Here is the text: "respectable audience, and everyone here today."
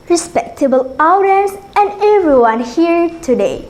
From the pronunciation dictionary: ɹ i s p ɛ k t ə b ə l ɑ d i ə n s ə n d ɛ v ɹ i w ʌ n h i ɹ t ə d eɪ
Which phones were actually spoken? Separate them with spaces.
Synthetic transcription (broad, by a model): ɹ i s p ɛ k t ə b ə l ɑ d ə s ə n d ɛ v ɹ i w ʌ n h i ɹ t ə d eɪ